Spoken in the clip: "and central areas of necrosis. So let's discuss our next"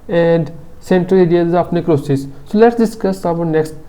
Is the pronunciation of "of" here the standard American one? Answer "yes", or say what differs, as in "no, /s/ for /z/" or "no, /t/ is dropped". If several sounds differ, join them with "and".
no, /p/ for /v/